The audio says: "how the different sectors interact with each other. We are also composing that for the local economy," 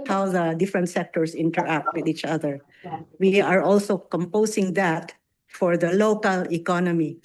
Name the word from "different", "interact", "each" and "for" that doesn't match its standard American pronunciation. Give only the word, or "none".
none